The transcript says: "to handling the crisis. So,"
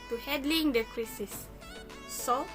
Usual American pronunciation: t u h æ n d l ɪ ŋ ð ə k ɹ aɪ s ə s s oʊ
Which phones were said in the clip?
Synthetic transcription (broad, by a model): t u h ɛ d l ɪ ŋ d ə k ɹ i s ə s s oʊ